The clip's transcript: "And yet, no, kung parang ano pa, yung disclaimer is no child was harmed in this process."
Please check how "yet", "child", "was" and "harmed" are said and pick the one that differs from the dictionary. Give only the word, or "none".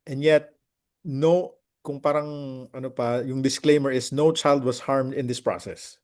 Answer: was